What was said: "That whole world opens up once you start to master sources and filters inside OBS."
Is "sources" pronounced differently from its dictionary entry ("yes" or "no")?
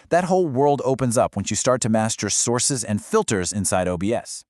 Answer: no